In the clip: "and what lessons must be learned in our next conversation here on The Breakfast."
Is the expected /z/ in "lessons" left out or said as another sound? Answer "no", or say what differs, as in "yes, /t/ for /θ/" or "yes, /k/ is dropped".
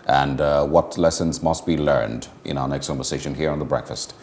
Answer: no